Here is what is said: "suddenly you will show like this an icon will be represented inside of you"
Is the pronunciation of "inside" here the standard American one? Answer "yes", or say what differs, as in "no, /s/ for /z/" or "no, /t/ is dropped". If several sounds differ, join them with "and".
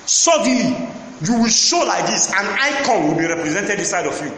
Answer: no, /n/ is dropped